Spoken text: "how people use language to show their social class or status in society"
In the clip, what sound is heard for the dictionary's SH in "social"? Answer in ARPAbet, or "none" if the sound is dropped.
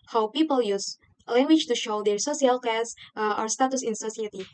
S